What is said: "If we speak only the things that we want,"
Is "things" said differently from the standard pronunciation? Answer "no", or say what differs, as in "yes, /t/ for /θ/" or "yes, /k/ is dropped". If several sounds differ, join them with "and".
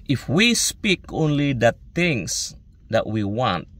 yes, /t/ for /θ/ and /s/ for /z/